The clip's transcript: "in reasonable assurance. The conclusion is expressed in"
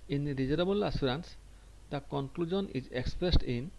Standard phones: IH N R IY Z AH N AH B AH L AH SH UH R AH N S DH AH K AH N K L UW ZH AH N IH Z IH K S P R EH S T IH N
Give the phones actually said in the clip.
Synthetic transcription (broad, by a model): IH N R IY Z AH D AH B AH L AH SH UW R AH N S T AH K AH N K L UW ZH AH N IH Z IH K S P R EH S T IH N